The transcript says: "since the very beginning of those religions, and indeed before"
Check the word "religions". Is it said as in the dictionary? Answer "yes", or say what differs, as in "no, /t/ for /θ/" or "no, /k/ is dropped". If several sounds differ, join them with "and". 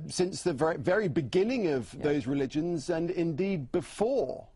yes